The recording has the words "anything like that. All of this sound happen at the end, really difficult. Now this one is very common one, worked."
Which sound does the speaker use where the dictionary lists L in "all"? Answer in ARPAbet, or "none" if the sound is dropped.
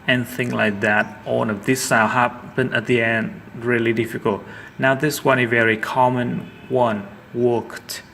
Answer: N